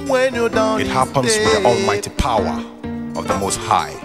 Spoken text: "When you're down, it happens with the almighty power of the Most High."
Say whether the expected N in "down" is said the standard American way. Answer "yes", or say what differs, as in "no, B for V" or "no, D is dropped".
no, N is dropped